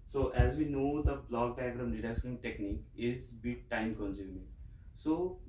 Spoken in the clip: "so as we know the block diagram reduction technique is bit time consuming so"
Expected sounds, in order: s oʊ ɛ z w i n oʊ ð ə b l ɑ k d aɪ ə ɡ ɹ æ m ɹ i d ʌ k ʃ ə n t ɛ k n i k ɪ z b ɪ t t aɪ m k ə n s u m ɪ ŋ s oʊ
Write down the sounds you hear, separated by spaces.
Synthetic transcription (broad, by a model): s oʊ ɛ z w i n oʊ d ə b l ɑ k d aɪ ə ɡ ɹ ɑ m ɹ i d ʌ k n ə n t ɛ k n i k ɪ z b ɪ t t aɪ m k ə n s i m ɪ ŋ s oʊ